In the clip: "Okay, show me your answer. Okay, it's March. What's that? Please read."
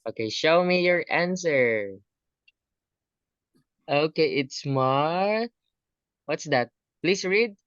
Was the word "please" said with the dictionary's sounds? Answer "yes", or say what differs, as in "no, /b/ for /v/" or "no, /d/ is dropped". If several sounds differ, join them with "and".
no, /s/ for /z/